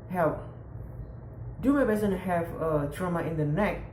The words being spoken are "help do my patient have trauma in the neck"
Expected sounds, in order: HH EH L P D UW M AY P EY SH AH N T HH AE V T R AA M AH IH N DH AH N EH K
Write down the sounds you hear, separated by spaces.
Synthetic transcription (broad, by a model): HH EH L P D UW M AY B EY S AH N HH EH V T R AA M AH IH N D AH N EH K